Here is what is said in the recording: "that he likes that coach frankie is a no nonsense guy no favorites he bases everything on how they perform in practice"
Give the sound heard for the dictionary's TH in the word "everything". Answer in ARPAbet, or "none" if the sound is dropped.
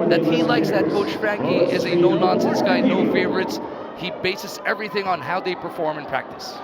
TH